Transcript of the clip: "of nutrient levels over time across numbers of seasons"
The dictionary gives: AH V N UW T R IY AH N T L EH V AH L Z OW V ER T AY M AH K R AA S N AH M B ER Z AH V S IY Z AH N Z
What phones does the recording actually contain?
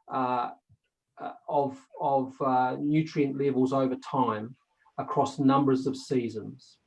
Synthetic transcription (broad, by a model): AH V N UW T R IY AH N T L EH V AH L Z OW V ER T AY M AH K R AA S N AH M B ER Z AH V S IY Z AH N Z